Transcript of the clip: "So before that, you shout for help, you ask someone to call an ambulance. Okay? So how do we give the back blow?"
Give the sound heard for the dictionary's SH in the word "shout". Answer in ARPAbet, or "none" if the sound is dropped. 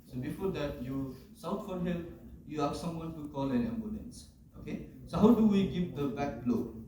S